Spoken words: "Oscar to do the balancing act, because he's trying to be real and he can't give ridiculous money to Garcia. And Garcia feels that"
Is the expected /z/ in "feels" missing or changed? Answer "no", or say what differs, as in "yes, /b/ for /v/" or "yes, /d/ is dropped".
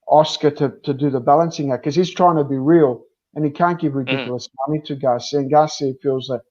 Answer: no